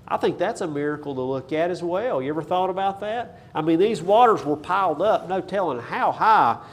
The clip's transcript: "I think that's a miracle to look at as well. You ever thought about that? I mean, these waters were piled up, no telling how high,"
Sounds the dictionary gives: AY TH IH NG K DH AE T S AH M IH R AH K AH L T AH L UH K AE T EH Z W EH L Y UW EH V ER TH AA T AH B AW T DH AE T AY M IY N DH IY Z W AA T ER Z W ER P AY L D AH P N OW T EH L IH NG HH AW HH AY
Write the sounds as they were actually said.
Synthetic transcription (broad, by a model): AY TH IH NG K DH AE T S AH M IH R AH K L T AH L UH K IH T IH Z W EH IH Y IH EH V ER TH AA T AH B AW T DH AE T AY M IY N DH IY Z W AA T ER Z W ER P AY L D AH P N OW T EH L IH NG HH AW HH AY